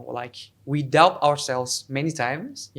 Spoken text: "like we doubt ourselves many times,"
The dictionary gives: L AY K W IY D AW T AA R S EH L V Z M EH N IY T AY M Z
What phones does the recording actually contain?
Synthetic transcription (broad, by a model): L AY K W IY D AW AA R S EH L V Z M EH N IY T AY M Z